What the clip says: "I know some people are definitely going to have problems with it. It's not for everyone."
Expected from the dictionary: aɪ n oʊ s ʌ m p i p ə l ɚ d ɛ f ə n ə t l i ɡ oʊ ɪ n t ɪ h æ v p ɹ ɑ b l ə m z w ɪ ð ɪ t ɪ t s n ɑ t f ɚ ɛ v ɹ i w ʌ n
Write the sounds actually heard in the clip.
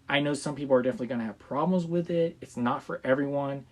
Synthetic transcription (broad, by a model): aɪ n oʊ s ʌ m p i p l ɚ d ɛ f ə n ə t l i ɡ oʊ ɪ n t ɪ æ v p ɹ ɑ b l ə m z w ɪ ð ɪ t ɪ t s n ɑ t f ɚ ɛ v ɹ i w ʌ n